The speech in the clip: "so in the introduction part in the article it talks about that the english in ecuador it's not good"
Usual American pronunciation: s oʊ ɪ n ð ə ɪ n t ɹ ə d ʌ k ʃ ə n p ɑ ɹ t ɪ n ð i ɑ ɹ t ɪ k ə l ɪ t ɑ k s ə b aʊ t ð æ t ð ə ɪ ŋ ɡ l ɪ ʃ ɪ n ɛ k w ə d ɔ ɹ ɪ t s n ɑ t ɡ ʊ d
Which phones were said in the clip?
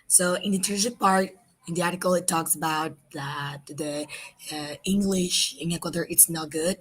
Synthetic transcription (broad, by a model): s oʊ ɪ n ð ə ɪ t ə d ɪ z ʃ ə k p ɑ ɹ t ɪ n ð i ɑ ɹ t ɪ k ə l ɪ t ɑ k s ə b aʊ t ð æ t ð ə ɪ ŋ ɡ l ɪ ʃ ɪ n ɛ k w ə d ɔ ɹ ɪ t s n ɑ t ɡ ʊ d